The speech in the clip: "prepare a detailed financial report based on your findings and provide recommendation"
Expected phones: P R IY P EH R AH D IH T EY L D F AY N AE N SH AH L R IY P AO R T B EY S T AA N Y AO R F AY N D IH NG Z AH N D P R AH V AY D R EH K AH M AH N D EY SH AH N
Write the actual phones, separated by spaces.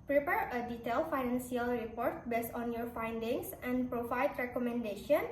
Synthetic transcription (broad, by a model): P R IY P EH R AH D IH T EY L F AY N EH N S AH L R IY P AO R T B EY S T AA N Y AO R F AY N D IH NG S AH N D P R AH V AY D R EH K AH M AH N D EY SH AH N